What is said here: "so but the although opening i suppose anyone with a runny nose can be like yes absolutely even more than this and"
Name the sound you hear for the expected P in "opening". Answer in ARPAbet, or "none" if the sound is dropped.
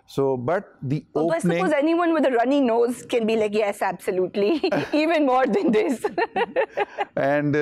none